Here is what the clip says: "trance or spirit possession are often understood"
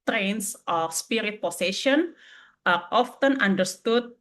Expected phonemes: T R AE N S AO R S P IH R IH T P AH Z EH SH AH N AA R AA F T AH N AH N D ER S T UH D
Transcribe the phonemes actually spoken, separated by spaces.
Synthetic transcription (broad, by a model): T R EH N S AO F S P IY R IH T P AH S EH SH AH N AA R AA F T AH N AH N D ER S T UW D